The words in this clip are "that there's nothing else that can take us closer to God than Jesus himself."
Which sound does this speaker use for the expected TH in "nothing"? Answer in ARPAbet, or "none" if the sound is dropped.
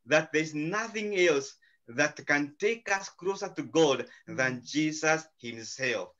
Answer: TH